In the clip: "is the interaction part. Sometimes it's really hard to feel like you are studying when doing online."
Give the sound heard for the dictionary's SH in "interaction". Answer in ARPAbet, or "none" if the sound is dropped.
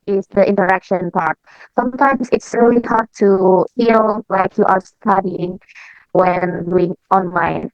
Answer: SH